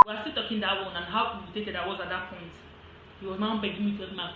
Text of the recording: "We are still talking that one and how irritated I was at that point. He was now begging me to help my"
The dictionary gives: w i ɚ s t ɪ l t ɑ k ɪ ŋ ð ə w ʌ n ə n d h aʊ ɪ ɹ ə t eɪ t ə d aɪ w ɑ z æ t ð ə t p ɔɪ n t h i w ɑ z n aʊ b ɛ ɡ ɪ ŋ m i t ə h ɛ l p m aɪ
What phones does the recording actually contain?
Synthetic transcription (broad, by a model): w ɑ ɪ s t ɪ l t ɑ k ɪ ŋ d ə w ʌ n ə n h aʊ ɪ ə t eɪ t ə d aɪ w ɑ z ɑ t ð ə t p ɔɪ n t h i w ɑ z n aʊ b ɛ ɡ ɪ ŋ m i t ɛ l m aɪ